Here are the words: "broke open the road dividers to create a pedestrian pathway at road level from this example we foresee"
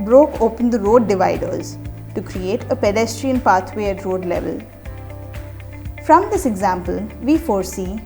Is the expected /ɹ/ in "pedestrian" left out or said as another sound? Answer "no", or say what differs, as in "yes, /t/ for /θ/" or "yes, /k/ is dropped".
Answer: no